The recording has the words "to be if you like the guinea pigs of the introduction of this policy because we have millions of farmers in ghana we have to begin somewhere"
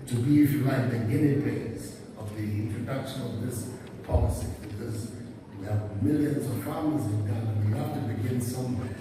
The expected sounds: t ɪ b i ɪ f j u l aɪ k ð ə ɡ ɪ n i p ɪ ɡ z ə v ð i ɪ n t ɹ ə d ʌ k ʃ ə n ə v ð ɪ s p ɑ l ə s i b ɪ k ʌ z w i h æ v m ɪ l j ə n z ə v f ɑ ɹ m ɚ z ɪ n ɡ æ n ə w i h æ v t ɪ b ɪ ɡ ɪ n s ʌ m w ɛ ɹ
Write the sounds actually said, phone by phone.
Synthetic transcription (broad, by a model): t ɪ b i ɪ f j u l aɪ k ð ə ɡ ɪ n i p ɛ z ə v ð i ɪ n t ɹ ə d ʌ k ʃ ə n ə v ð ɪ s p ɑ l ə s i b ɪ k ʌ z w i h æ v m ɪ l j ə n z ə v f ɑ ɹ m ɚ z ɪ n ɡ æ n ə w i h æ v t ɪ b ɪ ɡ ɪ n s ʌ m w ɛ